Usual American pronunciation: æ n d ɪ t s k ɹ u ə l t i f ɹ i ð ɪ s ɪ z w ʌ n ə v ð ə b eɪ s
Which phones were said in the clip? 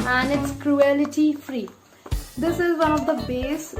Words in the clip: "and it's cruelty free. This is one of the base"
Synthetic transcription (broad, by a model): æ n d ɪ t s k ɹ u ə l t i f ɹ i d ɪ s ɪ z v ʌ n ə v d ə b eɪ s